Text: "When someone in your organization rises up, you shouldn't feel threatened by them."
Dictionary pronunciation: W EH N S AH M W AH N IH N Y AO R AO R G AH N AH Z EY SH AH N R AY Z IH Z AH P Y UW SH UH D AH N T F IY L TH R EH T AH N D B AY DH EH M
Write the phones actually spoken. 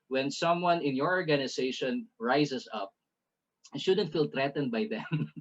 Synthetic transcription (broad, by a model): W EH N S AH M W AH N IH N Y AO R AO R G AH N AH S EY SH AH N R AY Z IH S AH P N SH UH D AH N T F IY L T R EH T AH N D B AY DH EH M